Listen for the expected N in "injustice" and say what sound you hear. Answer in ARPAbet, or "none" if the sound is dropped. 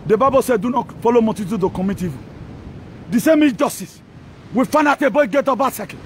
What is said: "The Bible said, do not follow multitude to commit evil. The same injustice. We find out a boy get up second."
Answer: none